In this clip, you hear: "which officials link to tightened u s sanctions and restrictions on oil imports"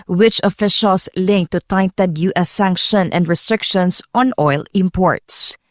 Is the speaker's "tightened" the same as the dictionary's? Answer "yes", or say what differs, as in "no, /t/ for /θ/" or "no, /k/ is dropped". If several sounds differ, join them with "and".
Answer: no, /n/ is dropped